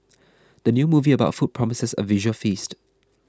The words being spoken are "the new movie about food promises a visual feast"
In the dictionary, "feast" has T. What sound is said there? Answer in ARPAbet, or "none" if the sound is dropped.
T